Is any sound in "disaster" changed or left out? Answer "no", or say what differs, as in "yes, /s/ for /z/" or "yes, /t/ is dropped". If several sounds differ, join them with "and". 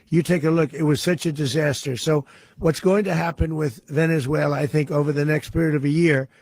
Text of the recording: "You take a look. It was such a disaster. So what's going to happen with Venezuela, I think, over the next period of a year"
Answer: no